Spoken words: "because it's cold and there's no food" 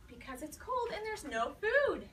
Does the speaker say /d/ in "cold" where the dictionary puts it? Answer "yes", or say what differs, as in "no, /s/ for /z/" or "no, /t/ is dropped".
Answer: yes